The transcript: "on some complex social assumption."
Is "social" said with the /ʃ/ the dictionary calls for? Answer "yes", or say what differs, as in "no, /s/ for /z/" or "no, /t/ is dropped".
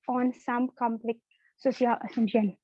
no, /ʃ/ is dropped